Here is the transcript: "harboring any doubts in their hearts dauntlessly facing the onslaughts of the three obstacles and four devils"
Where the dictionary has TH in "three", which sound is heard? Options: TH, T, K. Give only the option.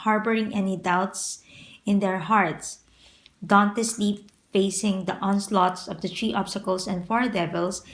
T